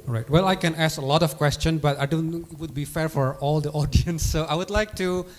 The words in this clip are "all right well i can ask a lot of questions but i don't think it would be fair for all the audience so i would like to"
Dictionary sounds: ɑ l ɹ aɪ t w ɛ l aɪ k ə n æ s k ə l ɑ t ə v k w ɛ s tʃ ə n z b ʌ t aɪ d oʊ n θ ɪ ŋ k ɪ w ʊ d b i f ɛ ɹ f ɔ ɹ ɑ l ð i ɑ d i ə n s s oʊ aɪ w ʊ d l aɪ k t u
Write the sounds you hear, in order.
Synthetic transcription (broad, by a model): ɹ aɪ t w ɛ l aɪ k ə n æ s k ə l ɑ t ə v k w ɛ s tʃ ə n b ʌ t aɪ d oʊ n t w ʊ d b i f ɛ ɹ f ɔ ɹ ɑ l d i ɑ d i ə n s s oʊ aɪ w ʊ d l aɪ k t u